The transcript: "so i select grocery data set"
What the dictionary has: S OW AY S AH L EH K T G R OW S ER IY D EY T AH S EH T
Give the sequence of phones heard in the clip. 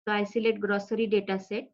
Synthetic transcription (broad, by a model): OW AY S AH L EH T G R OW S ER IY D EY T AH S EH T